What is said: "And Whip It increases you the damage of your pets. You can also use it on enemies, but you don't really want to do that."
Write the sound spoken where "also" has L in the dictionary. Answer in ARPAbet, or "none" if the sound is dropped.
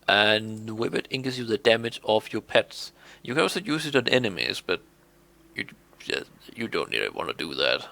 none